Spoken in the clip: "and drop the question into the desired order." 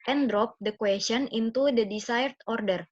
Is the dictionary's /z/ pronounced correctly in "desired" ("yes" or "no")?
no